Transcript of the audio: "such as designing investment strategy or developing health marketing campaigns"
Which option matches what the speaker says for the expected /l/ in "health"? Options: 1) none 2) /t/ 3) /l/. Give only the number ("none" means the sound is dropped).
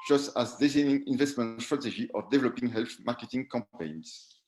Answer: 3